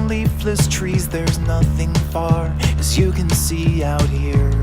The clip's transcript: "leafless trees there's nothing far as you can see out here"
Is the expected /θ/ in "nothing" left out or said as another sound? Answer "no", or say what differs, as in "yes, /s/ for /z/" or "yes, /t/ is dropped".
no